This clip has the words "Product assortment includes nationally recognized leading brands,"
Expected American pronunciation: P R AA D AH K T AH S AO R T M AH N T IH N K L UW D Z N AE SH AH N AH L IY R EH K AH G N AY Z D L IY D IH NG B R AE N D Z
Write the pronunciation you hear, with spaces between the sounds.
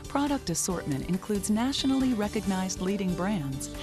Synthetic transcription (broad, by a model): P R AA D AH K T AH S AO R T M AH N T IH N K L UW D Z N AE SH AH N L IY R EH K AH G N AY Z D L IY D IH NG B R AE N D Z